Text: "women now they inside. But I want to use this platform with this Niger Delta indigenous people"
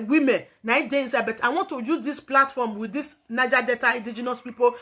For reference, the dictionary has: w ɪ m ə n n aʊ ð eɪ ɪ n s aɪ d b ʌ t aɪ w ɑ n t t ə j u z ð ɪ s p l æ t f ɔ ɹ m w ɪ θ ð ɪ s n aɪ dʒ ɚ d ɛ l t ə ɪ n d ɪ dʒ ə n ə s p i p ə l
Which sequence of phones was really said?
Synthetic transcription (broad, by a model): w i m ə n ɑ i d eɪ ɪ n s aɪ b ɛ t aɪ w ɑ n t t ə j u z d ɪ s p l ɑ t f ɔ m w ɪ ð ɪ s n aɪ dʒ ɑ d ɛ t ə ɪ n d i dʒ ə n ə s p i p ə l